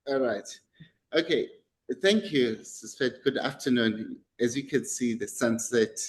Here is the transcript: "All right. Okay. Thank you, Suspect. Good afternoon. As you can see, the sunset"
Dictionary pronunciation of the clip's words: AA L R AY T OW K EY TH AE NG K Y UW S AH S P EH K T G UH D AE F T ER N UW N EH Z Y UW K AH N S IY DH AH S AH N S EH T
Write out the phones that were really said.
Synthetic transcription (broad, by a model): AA L R AY T OW K EY TH AE NG K Y UW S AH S F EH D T G UH D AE F T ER N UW N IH Z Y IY K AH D S IY DH AH S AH N S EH T